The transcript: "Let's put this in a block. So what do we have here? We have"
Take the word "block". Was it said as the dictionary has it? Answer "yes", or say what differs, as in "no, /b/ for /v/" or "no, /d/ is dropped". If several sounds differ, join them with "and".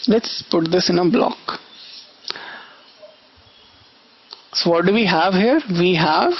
yes